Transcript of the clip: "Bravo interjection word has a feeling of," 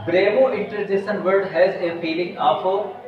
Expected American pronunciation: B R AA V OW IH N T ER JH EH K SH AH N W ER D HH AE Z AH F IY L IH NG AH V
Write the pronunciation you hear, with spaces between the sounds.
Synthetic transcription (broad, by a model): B R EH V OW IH N T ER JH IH SH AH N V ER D HH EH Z AH F IY L IH NG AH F